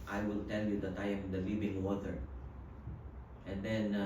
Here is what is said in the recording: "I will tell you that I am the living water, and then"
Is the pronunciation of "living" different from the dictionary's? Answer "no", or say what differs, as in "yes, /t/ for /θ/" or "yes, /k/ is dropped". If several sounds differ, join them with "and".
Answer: yes, /b/ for /v/